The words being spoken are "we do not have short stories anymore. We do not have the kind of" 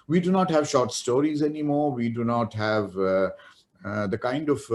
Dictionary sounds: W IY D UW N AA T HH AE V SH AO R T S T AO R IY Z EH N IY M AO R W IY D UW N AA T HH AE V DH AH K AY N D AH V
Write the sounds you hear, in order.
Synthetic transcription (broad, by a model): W IY D UW N AA T HH AE V SH AO R T S T AO R IY Z EH N IY M AO R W IY D UW N AA T HH AE V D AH K AY N D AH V